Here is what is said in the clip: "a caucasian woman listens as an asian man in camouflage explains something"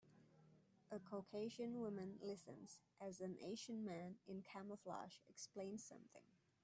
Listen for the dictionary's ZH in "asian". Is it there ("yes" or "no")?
no